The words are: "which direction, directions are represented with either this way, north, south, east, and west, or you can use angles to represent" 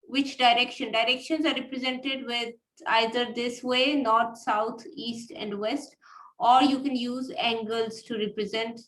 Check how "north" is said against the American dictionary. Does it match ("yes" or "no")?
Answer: no